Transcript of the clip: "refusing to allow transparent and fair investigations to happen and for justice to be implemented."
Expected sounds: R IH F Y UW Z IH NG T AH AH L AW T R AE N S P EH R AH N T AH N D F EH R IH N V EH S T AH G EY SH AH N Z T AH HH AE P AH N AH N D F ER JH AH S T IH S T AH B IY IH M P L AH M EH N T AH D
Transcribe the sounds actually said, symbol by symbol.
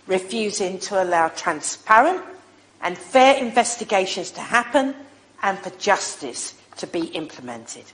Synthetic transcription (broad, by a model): R IH F Y UW Z IH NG T AH AH L AW T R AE N S P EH R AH N T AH N F EH R IH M V EH S T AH G EY SH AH N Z T AH HH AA P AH N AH N F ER JH AH S T IH S T AH B IY IH M P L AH M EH N T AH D